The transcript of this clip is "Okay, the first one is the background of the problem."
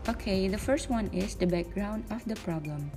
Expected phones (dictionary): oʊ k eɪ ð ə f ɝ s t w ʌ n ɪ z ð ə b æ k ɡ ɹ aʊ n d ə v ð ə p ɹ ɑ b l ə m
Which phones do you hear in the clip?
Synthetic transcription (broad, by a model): oʊ k eɪ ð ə f ɝ s t w ʌ n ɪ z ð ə b æ k ɡ ɹ aʊ n d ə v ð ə p ɹ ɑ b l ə m